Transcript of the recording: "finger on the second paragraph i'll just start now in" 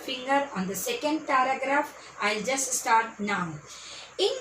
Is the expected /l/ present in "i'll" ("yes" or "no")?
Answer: yes